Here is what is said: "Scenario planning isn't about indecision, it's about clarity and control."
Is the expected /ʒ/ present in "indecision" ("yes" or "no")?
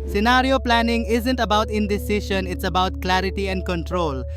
no